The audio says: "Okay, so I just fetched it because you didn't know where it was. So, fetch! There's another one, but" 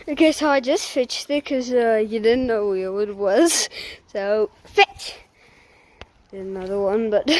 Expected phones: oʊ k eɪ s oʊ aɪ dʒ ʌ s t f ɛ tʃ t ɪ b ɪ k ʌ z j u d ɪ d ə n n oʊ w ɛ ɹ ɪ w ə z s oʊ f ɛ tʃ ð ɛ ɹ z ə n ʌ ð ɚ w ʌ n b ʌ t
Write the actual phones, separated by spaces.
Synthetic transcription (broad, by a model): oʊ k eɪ s oʊ aɪ dʒ ʌ s t f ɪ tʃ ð ɪ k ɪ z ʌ j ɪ d ɪ d n n oʊ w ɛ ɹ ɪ w ə z s oʊ f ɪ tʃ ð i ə n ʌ ð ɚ w ʌ n b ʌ t